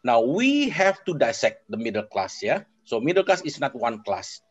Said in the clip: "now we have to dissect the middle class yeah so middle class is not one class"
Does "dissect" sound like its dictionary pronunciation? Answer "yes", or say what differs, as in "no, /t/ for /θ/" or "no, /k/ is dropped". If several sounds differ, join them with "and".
yes